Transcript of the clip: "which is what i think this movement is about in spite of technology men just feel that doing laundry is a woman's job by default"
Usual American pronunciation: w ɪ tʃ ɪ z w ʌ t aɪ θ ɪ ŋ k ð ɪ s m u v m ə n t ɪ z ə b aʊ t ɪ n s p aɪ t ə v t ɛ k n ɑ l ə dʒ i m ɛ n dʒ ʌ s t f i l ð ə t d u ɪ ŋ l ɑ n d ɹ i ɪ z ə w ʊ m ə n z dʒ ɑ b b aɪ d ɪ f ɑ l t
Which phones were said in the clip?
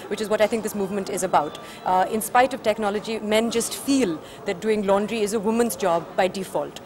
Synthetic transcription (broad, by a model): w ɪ tʃ ɪ z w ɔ t aɪ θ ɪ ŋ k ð ɪ s m u v m ə n t ɪ z ə b aʊ t ɪ n s p aɪ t ə v t ɛ k n ɑ l ə dʒ i m ɛ n dʒ ʌ s t f i l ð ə t d u ɪ ŋ l ɑ n d ɹ i ɪ z ə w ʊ m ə n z dʒ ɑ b b aɪ d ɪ f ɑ l t